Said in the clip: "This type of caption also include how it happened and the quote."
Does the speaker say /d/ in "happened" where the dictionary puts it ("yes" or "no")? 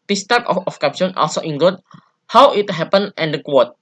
no